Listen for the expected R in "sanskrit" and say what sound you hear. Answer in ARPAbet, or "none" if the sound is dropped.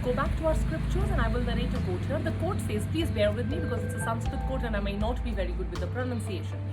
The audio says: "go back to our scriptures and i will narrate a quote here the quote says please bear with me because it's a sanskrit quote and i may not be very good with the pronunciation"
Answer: none